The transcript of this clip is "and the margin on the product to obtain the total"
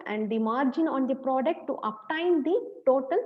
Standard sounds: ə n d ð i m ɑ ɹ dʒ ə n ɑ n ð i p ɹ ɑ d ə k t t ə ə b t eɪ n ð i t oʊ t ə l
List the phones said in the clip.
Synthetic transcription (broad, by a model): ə n d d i m ɑ ɹ dʒ ə n ɑ n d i p ɹ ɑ d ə k t t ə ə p t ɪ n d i t oʊ t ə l